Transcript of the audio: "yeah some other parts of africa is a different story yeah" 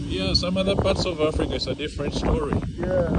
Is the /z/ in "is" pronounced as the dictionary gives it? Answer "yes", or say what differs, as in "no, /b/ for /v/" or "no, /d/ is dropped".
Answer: no, /s/ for /z/